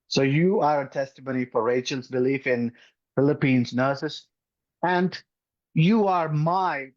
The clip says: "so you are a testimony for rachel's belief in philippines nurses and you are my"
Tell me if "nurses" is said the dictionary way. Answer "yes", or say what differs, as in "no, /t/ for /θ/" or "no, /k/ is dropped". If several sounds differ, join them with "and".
no, /s/ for /z/